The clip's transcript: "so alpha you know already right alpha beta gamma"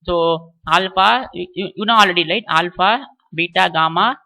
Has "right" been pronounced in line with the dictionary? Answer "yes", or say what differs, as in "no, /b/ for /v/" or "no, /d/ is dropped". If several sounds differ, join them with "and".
no, /l/ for /ɹ/